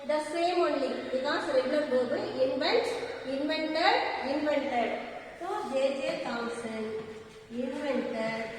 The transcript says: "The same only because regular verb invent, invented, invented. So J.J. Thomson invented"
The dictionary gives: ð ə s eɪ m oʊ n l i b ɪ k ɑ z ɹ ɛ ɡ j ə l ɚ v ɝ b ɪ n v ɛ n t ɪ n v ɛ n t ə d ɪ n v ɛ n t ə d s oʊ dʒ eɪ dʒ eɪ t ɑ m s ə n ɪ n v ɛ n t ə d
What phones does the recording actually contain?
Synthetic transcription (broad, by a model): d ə s eɪ m oʊ n l i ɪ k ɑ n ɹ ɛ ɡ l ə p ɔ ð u ɪ n v ɛ n t ɪ n v ɛ n t ə d ɪ n v ɛ n t ə d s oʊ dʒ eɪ dʒ eɪ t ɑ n s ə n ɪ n v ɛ n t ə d